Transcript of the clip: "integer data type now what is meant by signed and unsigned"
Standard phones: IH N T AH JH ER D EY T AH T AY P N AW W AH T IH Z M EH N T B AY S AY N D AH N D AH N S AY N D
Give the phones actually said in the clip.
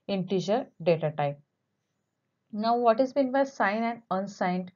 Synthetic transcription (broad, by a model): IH N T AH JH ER D EY T AH T AY P N AW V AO T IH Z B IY N B AY S AY N AH N D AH N S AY N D